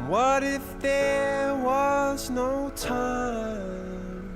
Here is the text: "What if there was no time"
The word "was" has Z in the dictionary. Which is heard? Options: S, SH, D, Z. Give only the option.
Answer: Z